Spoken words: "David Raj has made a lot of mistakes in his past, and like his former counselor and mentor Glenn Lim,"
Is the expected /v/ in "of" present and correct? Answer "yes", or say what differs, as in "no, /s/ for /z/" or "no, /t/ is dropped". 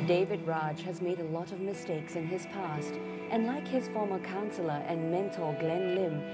yes